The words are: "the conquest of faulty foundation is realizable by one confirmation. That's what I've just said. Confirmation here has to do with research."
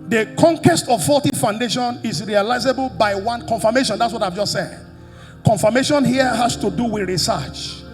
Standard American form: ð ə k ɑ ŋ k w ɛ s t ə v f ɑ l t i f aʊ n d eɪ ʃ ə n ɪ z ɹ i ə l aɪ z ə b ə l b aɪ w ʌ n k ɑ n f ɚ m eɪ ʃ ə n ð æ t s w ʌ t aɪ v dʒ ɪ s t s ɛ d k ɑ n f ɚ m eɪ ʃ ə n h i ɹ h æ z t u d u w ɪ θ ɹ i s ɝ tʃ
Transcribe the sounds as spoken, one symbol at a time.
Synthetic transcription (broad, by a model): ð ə k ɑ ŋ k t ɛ s t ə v f ɑ t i f aʊ n d eɪ ʃ ə n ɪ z ɹ i ə l aɪ z ə b ə l b aɪ w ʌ n k ɑ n f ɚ m eɪ ʃ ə n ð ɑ t s w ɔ t aɪ v dʒ ɪ s t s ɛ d k ɑ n f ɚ m eɪ ʃ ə n h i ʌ h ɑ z t u d u w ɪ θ ɹ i s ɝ tʃ